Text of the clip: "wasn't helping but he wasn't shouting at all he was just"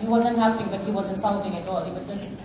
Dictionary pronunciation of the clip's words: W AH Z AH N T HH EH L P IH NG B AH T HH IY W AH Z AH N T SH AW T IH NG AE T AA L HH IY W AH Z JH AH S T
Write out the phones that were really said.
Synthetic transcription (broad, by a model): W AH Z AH N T HH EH P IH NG B AH T HH IY W AH Z AH N T S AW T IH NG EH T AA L HH IY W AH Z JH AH S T